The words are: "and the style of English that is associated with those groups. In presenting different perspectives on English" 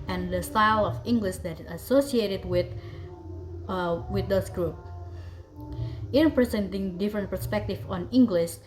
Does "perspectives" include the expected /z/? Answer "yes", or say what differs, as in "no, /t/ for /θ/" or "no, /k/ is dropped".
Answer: no, /z/ is dropped